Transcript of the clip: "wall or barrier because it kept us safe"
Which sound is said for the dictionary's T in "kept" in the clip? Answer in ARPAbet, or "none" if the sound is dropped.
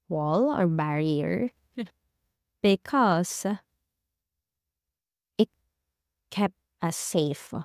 T